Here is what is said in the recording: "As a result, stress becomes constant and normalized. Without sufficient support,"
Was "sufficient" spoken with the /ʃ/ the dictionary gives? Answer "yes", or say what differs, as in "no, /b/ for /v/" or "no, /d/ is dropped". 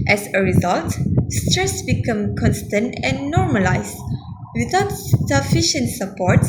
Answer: yes